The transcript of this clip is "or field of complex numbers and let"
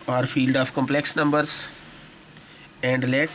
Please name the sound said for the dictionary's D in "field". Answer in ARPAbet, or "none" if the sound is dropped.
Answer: D